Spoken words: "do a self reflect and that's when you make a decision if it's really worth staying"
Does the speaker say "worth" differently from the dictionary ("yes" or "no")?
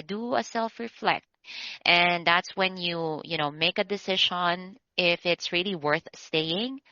no